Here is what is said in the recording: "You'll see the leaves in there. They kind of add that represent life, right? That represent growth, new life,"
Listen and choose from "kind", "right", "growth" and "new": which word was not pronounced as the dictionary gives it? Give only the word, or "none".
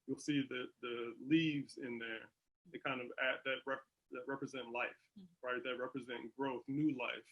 none